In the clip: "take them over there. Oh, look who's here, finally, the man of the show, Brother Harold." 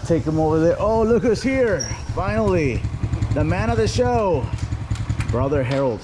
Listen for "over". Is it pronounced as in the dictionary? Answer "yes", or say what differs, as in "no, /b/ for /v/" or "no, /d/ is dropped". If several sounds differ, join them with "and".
yes